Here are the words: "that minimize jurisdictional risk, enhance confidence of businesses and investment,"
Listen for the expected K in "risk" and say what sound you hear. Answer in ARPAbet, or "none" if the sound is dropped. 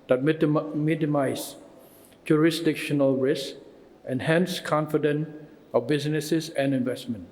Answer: none